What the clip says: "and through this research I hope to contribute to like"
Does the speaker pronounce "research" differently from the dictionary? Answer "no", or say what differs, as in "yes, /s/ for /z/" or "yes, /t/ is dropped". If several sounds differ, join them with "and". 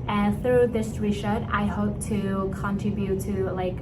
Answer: yes, /ʃ/ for /s/